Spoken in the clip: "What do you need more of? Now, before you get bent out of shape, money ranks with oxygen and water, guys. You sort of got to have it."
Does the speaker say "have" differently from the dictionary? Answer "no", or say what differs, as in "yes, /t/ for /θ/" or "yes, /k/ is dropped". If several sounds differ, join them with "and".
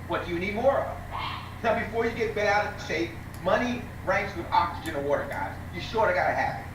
yes, /p/ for /v/